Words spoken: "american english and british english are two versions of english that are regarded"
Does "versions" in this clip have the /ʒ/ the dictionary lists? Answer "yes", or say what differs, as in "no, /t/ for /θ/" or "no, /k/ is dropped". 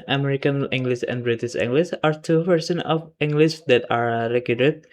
no, /s/ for /ʒ/